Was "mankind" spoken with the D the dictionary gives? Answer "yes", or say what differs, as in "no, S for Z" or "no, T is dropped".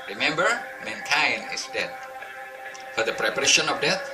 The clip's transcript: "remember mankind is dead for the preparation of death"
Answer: no, D is dropped